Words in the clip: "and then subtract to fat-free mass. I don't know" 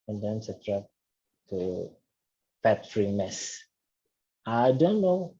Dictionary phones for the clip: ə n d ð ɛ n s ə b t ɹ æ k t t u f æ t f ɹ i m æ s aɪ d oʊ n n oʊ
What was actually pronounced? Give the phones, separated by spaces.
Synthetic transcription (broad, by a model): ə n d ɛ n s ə t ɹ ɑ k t t u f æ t f ɹ i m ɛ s aɪ d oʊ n n oʊ